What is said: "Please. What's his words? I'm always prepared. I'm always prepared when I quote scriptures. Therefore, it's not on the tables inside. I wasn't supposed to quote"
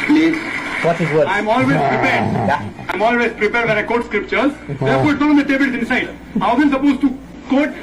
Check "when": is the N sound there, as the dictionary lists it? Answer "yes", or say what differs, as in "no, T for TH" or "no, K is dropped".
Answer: no, N is dropped